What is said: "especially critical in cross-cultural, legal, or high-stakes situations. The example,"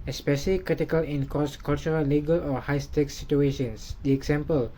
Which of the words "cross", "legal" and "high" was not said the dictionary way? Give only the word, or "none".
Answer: cross